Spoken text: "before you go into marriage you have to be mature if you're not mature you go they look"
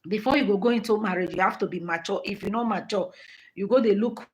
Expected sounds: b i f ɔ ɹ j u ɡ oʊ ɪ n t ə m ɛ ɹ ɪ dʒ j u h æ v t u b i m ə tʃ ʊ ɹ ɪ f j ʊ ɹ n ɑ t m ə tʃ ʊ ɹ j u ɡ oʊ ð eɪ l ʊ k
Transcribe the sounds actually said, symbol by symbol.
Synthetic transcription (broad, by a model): b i f ɔ j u ɡ oʊ ɪ n t ə m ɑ ɹ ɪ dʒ j u h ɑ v t u b i m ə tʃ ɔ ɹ ɪ f j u n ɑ m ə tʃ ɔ j u ɡ oʊ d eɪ l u k